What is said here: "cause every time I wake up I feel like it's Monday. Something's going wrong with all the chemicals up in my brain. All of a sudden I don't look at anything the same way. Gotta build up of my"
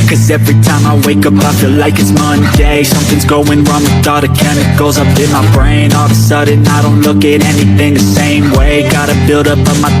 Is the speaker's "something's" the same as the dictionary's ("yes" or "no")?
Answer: yes